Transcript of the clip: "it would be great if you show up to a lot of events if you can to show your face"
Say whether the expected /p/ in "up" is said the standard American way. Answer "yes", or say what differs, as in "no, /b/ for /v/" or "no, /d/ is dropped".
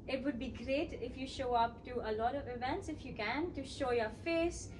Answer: yes